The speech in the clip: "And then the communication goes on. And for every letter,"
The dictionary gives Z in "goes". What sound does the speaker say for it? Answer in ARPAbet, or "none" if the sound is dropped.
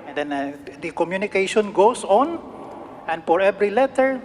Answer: S